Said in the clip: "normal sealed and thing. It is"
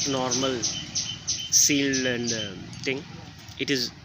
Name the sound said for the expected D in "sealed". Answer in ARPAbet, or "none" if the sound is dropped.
none